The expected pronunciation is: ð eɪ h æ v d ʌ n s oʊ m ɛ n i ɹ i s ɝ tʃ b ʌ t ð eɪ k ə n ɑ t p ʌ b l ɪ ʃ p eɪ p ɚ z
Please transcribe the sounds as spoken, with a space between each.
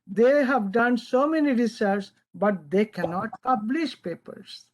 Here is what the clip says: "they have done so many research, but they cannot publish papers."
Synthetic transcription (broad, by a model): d eɪ h æ v d ʌ n s oʊ m ɛ n i ɹ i s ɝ s b ʌ t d eɪ k ə n ɑ t p ʌ b l ɪ ʃ p eɪ p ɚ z